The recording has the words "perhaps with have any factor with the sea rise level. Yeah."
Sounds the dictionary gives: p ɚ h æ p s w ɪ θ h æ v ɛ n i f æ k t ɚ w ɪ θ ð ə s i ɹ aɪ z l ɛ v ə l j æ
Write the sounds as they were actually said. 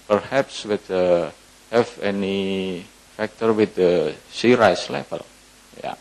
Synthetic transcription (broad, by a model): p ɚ h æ p s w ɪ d h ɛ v ɛ n i f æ k t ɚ w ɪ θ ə s i ɹ aɪ s l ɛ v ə l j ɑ